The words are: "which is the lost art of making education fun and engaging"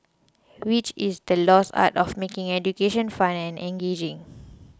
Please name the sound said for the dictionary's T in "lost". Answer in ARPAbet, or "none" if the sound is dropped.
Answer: none